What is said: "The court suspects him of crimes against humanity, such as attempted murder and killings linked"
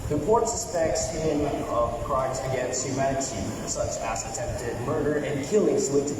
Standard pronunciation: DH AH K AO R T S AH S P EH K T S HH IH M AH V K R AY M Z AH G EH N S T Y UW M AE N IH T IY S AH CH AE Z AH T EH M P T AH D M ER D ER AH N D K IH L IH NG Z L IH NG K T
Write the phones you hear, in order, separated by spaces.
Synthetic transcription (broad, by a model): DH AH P AO R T S AH S P EH K T S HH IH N AH V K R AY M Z AH G EH N S T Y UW M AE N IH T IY S AH CH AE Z AH T EH M P T AH D M ER D ER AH N K IH L IH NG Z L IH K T